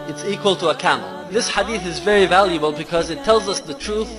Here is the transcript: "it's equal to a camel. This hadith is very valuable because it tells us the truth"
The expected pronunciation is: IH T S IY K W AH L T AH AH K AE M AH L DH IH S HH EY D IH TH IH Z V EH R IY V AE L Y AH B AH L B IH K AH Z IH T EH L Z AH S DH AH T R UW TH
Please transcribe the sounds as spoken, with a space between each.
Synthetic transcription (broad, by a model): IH T S IY K W AH L T AH AH K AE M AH L DH IH S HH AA D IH TH IH Z V EH R IY V AE L Y AH B AH L B IH K AH Z IH T EH L Z AH S DH AH T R UW TH